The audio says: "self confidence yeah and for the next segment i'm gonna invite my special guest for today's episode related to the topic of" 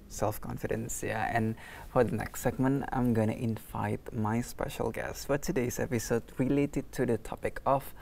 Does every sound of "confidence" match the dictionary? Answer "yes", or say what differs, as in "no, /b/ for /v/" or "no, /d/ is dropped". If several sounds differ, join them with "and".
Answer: yes